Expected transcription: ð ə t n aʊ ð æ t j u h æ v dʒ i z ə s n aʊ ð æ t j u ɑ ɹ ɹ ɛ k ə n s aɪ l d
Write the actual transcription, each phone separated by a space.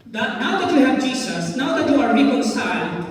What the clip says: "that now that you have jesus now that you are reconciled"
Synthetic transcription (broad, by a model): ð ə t n aʊ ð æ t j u h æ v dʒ i s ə s n aʊ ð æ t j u ɑ ɹ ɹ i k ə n s aɪ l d